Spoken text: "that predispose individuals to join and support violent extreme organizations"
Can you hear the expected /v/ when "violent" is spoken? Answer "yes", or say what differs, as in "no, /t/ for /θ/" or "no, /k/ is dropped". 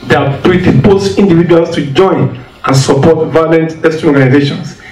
yes